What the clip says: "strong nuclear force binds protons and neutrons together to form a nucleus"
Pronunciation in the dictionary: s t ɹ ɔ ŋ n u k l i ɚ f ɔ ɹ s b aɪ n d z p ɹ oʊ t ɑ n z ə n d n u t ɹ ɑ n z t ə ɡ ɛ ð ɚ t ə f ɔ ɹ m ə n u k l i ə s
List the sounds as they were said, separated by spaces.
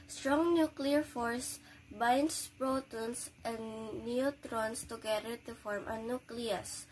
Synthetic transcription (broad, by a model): s t ɹ ɔ ŋ n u k l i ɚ f ɔ ɹ s b aɪ n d s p ɹ oʊ t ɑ n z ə n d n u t ɹ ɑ n s t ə ɡ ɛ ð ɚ t ə f ɔ ɹ m ə n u k l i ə s